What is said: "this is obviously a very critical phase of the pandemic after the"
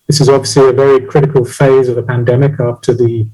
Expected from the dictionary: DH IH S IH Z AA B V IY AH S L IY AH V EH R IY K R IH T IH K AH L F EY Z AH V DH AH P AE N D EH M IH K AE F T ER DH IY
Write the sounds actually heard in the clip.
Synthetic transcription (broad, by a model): DH IH S IH Z AA B V IY AH S L IY AH V EH R IY K R IH T IH K AH L F EY Z AH V DH AH P AE N D EH M IH K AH P T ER DH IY